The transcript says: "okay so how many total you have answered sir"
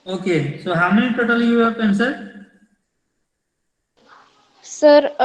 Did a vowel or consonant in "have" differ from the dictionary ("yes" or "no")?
yes